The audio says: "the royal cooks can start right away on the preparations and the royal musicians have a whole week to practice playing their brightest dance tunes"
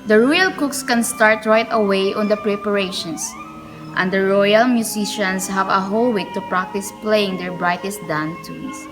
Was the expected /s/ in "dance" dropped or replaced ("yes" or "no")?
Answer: yes